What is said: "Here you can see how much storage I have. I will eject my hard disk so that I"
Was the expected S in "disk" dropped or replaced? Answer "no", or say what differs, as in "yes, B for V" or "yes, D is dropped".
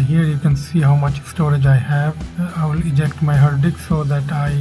yes, S is dropped